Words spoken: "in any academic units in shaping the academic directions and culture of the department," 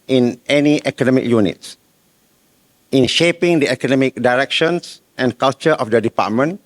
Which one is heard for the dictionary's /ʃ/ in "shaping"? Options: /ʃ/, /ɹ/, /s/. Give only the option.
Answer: /ʃ/